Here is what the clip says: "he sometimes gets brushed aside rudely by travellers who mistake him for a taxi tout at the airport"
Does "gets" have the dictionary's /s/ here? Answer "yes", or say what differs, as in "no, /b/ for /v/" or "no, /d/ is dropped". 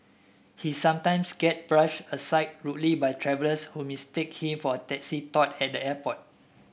no, /s/ is dropped